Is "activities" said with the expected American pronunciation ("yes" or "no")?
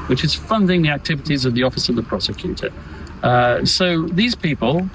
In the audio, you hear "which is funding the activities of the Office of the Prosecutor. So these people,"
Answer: yes